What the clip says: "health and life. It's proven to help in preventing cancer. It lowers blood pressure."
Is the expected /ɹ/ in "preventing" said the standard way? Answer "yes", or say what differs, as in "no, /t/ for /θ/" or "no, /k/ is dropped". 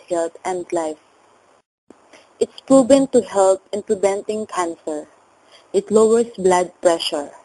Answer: no, /l/ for /ɹ/